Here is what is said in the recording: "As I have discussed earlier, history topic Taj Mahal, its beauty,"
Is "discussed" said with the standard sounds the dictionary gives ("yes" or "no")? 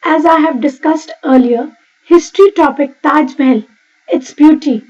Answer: yes